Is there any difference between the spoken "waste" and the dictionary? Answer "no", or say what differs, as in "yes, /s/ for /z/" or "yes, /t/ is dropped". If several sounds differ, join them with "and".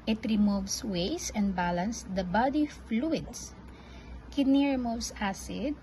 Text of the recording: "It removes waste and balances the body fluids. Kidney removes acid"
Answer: yes, /t/ is dropped